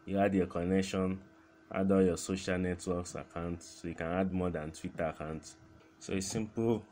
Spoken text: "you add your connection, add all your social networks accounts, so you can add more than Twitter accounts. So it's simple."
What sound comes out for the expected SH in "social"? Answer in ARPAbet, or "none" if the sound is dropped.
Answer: SH